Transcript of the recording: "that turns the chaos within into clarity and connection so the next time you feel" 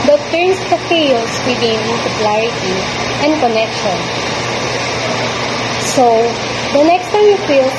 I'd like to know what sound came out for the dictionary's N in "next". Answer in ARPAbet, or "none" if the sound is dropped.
N